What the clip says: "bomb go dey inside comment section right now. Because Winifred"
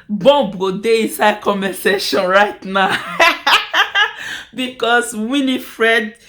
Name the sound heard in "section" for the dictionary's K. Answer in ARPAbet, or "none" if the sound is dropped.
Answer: none